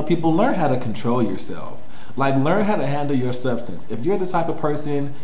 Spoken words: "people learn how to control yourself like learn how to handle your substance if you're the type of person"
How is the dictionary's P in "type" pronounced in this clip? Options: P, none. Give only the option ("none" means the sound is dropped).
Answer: P